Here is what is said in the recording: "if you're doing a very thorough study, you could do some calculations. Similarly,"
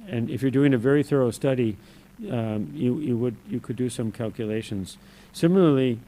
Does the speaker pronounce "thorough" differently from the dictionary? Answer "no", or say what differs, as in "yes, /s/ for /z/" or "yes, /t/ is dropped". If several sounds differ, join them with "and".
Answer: no